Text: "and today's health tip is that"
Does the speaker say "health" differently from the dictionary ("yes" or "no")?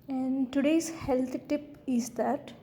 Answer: yes